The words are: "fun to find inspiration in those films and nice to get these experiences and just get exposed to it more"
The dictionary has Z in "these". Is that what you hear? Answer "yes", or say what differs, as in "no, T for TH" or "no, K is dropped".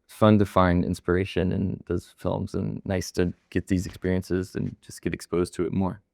yes